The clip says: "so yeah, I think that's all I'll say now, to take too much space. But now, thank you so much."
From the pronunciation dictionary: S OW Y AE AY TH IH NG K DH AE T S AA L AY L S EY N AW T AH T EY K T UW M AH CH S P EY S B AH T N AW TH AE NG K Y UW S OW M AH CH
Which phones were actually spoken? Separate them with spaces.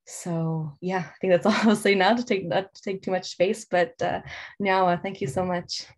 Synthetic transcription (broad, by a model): S OW Y AE AY TH IH NG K DH AE T S AA L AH S EY N AW T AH T EY K T UW M AH CH S P EY S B AH T N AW TH AE NG K Y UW S OW M AH CH